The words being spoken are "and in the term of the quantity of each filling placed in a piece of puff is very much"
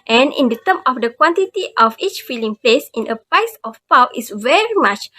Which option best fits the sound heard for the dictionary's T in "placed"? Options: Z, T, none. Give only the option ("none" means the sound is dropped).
none